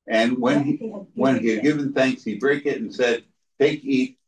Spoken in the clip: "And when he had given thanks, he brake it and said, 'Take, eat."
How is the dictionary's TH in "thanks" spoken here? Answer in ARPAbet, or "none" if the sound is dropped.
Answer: TH